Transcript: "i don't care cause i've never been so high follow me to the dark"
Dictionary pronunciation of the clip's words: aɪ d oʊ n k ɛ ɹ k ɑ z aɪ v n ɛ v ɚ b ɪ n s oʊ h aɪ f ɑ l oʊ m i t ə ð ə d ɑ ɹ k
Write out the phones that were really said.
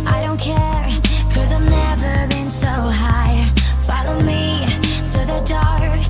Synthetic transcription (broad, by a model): aɪ d oʊ n k ɛ ɹ k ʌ z aɪ v n ɛ v ɚ b ɪ n s oʊ h aɪ f ɑ l oʊ m i s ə ð ə d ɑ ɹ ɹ